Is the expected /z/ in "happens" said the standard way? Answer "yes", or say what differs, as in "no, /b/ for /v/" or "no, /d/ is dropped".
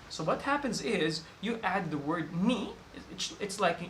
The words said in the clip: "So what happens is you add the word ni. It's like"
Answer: yes